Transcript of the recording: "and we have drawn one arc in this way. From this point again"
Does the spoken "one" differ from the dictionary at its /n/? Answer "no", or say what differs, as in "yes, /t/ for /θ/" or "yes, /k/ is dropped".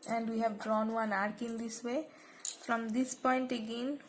no